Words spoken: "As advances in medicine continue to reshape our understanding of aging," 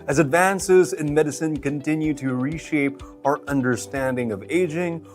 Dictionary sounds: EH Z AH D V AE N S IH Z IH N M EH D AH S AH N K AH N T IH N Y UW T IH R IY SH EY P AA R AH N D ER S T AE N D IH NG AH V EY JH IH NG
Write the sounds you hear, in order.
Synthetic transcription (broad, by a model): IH Z AH D V AE N S IH Z IH N M EH D AH S AH N K AH N T IH N Y UW T IH R IY SH EY P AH R AH N D ER S T AE N D IH NG AH V EY JH IH NG